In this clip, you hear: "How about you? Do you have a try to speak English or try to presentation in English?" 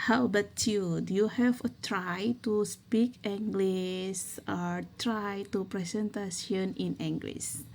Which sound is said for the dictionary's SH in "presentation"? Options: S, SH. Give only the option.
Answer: S